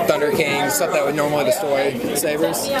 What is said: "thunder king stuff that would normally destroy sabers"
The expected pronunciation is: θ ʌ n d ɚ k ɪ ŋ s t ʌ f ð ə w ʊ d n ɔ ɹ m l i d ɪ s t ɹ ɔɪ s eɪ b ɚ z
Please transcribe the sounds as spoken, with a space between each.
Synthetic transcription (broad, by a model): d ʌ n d ɚ k ɪ ŋ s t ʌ p ð ə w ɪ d n ɔ ɹ m l i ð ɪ s t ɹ s eɪ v ɚ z